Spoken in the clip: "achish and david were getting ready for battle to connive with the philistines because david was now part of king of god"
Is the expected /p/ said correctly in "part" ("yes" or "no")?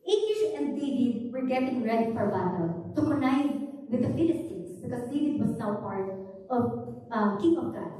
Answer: yes